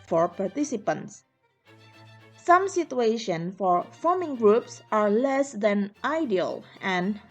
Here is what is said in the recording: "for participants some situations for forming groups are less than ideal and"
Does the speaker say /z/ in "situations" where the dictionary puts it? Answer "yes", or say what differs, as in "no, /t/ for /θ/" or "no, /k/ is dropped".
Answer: no, /z/ is dropped